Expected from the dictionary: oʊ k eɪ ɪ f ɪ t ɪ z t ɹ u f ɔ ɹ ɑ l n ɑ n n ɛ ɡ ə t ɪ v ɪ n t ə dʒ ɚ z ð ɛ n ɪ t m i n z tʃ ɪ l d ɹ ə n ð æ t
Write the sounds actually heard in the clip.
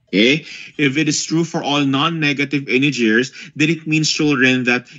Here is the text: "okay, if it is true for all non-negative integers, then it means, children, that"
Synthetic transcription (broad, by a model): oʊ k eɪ ɪ f ɪ t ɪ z t ɹ u f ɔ ɹ ɑ l n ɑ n n ɛ ɡ ə t ɪ v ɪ n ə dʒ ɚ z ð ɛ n ɪ t m i n s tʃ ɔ l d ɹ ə n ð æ t